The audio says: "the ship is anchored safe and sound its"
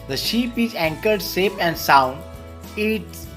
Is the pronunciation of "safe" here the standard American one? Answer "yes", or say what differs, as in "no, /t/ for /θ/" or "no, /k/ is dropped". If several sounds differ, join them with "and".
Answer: no, /p/ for /f/